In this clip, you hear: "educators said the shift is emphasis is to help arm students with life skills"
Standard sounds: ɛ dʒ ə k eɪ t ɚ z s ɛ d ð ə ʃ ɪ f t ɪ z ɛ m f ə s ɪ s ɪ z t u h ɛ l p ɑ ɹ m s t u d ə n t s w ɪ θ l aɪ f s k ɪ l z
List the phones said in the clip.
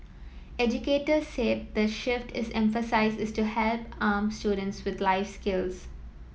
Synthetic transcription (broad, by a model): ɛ dʒ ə k eɪ t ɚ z s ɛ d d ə ʃ ɪ f t ɪ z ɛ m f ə s ɪ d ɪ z t u h ɛ l p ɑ m s t u d ə n t s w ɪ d l aɪ f s k ɪ l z